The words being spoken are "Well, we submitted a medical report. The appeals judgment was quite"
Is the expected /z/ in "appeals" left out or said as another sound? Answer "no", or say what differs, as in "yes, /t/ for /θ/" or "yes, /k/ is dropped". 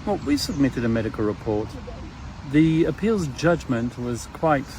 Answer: no